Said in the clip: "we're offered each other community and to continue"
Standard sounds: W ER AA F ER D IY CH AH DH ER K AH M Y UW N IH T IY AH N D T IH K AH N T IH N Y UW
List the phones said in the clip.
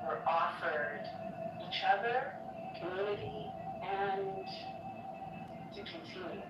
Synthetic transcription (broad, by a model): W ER AA F ER D IY CH AH DH ER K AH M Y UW L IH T IY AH N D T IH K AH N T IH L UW